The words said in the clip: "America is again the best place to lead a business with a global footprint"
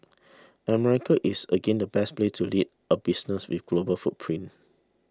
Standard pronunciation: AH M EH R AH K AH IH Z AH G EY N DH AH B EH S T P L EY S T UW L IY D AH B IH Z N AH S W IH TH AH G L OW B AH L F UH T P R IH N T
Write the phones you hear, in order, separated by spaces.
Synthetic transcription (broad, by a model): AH M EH R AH K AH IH S AH G EY N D AH B EH S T P L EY T UW L IY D AH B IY S N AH S W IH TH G L OW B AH F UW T P R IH N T